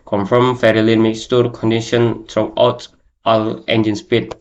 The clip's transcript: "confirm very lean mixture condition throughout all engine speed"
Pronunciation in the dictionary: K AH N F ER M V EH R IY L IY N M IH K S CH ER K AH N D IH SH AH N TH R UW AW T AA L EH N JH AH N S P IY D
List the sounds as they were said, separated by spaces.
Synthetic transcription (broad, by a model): K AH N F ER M F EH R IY L IY N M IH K S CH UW K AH N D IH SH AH N T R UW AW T AA L EH N JH AH N S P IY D